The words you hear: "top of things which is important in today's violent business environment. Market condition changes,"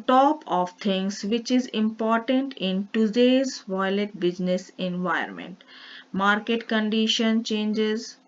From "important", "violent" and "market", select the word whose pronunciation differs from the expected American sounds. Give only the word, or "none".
violent